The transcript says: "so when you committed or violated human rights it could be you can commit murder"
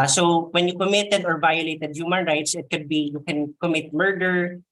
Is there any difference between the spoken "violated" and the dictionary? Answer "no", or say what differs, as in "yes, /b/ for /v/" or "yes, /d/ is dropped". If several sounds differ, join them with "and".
no